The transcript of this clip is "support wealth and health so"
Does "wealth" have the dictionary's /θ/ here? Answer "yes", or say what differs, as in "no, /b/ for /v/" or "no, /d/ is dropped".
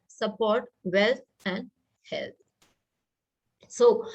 no, /t/ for /θ/